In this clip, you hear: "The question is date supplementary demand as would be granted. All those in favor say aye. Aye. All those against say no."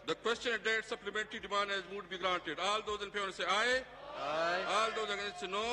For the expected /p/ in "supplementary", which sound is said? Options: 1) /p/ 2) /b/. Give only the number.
1